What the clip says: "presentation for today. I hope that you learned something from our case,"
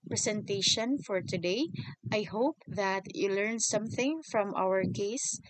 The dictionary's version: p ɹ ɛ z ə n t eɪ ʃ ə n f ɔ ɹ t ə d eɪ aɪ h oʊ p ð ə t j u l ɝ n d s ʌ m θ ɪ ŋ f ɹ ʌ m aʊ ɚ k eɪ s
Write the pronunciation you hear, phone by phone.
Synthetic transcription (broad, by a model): p ɹ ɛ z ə n t eɪ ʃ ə n f ɔ ɹ t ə d eɪ aɪ h oʊ p ð ə t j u l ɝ n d s ʌ m θ ɪ ŋ f ɹ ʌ m aʊ ɚ k eɪ s